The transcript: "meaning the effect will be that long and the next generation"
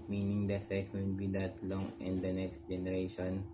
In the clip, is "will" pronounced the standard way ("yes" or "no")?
no